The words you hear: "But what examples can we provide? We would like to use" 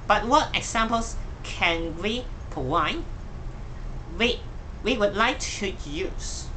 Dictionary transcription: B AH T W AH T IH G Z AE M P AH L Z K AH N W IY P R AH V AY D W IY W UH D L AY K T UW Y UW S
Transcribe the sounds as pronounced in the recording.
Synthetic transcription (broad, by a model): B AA T W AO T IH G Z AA M P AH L S K AH N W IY P AH W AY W W IY W UH D L AY K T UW Y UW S